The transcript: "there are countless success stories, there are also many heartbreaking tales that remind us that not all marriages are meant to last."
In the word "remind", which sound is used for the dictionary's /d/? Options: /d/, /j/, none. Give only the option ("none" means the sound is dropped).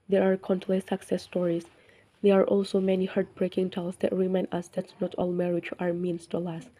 none